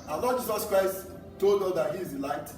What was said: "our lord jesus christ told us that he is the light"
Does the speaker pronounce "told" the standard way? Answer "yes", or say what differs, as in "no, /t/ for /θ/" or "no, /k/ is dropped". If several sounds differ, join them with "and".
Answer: yes